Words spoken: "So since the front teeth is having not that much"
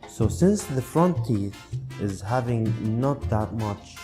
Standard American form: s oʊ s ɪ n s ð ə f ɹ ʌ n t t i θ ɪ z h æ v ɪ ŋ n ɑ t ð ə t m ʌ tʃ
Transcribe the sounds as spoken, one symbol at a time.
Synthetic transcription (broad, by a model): s oʊ s ɪ n s ð ə f ɹ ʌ n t t i θ ɪ z h æ v ɪ ŋ n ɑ t ð ə t m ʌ tʃ